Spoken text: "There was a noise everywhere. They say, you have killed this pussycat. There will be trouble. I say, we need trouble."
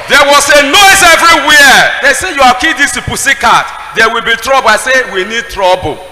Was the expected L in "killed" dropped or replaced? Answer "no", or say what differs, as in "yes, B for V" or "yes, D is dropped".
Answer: yes, L is dropped